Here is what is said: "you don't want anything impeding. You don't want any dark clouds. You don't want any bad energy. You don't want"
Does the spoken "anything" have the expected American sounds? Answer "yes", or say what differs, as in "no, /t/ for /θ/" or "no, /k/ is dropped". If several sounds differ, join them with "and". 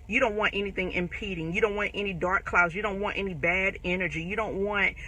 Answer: yes